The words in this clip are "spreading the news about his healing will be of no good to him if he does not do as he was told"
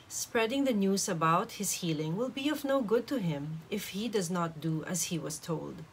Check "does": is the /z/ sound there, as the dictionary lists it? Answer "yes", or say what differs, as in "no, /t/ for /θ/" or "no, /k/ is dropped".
yes